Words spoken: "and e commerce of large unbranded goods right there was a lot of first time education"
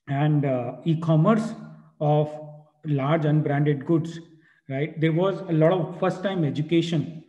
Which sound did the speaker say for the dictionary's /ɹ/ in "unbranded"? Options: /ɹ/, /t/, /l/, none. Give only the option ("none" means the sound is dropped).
/ɹ/